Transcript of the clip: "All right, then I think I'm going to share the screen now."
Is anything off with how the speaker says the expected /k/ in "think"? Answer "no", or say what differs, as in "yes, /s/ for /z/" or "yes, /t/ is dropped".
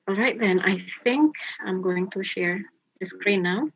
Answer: no